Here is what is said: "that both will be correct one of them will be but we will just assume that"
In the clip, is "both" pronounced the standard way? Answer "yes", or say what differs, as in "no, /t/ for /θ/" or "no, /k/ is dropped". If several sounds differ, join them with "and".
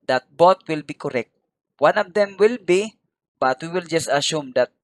no, /t/ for /θ/